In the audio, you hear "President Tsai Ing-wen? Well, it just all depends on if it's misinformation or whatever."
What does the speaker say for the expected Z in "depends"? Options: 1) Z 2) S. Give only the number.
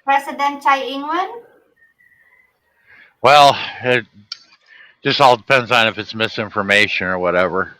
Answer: 1